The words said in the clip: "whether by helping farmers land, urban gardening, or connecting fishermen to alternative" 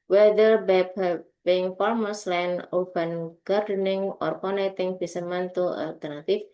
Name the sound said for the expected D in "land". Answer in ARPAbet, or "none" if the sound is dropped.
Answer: none